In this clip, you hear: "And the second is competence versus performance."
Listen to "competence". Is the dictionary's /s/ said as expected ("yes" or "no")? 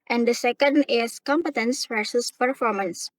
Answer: yes